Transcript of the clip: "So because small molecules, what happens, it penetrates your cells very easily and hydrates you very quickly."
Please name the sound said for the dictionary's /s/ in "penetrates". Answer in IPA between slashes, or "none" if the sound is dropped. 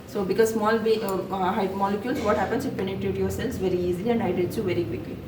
none